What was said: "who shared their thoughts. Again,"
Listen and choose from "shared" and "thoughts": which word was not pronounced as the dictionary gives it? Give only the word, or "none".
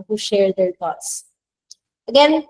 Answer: thoughts